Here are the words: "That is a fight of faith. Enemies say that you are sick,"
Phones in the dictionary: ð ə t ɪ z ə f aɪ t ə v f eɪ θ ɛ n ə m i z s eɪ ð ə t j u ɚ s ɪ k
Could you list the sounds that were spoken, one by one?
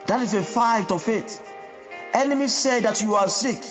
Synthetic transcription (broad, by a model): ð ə t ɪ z ə f aɪ t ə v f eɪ t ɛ n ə m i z s eɪ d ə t j u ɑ s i k